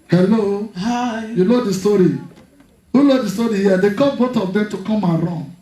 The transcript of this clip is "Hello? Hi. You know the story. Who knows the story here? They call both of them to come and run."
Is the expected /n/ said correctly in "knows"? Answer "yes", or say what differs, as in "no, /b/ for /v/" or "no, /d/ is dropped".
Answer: no, /l/ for /n/